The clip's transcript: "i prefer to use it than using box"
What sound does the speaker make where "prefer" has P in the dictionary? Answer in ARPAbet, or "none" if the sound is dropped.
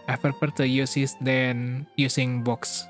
F